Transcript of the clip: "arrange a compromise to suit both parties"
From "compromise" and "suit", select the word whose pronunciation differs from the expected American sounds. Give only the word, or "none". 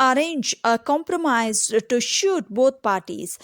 suit